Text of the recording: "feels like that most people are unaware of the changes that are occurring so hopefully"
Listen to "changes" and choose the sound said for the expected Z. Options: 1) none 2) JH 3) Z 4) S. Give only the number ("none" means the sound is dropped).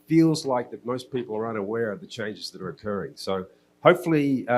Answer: 3